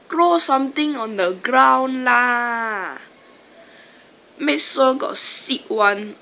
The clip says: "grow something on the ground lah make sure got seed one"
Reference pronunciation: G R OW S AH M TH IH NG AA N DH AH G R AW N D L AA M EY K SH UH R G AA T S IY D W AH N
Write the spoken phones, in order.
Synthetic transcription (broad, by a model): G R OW S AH M T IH NG AA N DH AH G R AW N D L AA M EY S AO G AA T S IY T W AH N